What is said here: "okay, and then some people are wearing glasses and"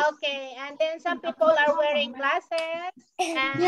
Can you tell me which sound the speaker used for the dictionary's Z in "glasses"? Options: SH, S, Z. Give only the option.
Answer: S